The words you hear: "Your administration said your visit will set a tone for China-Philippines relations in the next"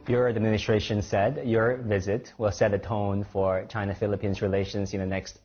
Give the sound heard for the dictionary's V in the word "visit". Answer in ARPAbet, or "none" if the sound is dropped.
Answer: V